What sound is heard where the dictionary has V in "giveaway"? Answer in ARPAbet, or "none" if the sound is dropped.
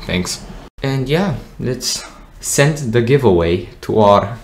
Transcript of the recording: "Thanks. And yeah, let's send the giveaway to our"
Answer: V